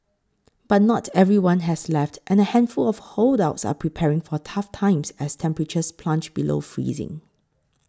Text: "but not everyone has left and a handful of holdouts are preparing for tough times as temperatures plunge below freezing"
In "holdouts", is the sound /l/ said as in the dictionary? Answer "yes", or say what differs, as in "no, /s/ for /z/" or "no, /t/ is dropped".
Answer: yes